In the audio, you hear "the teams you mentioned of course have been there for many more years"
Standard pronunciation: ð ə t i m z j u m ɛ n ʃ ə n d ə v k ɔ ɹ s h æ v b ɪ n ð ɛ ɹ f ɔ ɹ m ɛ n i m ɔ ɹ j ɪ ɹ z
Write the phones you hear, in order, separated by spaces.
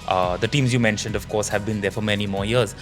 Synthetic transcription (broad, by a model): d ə t i m z j u m ɛ n ʃ ə n d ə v k ɔ ɹ s h æ v b ɪ n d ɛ ɹ f ɔ ɹ m ɛ n i m ɔ ɹ j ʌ ɹ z